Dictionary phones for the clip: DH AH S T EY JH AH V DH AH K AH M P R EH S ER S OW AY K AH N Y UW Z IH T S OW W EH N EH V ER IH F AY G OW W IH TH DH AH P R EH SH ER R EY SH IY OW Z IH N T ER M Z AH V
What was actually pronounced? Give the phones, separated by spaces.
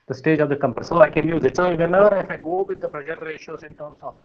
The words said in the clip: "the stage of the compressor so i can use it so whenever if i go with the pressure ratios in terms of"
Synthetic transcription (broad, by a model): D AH S T EY JH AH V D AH K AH M P EH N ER S OW AY K AH N Y UW Z IH T S OW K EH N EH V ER IH F AY G OW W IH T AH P R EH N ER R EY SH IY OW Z IH N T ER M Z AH